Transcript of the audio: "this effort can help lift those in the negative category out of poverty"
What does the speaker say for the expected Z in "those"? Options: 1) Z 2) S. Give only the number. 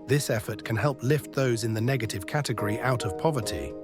1